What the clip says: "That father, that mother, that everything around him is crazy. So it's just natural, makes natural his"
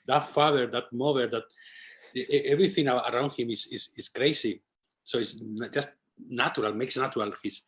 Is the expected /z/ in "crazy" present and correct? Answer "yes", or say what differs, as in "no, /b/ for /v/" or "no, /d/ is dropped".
no, /s/ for /z/